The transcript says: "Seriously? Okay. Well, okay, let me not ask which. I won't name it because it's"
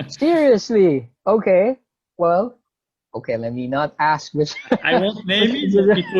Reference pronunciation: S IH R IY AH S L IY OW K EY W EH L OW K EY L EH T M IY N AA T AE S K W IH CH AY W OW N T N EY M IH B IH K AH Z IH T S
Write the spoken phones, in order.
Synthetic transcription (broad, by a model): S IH R IY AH S L IY OW K EY W EH L OW K EY L EH T M IY N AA T AE S K W IH CH AY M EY IH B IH AH